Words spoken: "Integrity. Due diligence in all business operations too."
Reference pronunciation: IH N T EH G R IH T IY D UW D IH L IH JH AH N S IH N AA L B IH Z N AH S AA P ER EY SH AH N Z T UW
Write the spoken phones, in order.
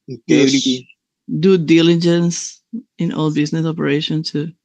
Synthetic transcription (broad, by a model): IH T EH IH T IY D UW D IH L IH JH AH N S IH N AA L B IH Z N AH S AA P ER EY SH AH N T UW